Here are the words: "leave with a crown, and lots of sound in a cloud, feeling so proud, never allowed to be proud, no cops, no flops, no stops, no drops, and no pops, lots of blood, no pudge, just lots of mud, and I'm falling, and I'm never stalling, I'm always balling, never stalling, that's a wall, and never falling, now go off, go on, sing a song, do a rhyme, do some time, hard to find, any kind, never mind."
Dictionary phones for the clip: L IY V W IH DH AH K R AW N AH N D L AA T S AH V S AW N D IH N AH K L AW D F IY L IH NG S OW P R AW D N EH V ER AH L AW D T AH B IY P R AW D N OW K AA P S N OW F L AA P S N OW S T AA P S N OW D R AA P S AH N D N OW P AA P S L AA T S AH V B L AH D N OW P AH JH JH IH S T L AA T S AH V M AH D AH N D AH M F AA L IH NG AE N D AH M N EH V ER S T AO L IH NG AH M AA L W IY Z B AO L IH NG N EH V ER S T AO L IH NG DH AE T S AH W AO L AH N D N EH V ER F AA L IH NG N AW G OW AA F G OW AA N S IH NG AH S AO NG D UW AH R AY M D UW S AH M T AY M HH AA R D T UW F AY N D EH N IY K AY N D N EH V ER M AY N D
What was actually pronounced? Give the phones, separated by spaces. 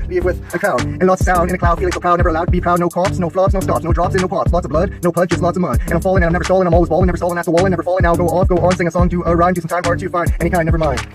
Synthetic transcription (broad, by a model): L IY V W IH DH AH K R AW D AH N L AA T S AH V S AW N D IH N AH K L AW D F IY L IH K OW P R AW D N EH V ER AH L AW D T AH B IY P R AW D N OW K AA P S N OW F L AA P S N OW S T AA P S N OW D R AA P S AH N N OW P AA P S L AA T S AH V B L AH D N OW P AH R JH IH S L AA T S AH V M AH AH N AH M F AA L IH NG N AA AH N EH ER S T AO L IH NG AH M AA L W IY Z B AO L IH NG N EH V ER S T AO L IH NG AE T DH AH W AO L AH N N EH V ER F AA L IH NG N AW G OW AA F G OW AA N S IH NG AH S AO NG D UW AH R AY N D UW S AH M T AY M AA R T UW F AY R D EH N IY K AY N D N EH V ER M AY N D